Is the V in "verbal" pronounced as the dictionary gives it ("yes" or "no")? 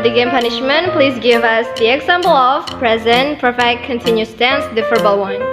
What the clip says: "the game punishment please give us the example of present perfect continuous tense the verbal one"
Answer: no